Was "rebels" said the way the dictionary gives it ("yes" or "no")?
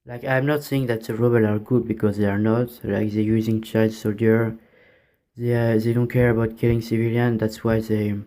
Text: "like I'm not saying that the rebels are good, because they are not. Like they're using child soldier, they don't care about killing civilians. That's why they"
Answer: no